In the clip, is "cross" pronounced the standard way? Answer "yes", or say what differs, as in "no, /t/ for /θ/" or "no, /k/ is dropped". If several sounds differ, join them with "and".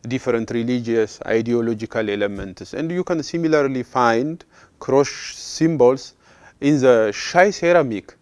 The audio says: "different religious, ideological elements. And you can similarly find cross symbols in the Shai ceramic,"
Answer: no, /ʃ/ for /s/